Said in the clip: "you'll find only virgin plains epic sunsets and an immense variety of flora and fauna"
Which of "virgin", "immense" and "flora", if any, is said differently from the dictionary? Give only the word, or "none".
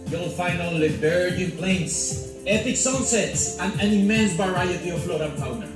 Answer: virgin